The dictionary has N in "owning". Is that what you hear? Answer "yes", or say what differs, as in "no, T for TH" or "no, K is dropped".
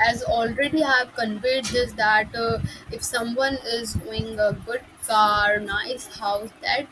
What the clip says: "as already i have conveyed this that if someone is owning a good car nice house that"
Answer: no, N is dropped